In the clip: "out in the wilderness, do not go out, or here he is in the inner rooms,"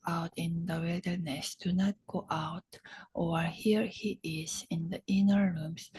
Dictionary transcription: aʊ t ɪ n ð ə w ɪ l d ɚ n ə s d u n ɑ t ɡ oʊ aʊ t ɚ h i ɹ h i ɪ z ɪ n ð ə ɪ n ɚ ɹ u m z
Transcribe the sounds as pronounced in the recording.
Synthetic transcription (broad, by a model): aʊ t ɪ n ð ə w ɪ d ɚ n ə s d u n ɑ t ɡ oʊ aʊ t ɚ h i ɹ h i ɪ z ɪ n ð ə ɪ n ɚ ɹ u m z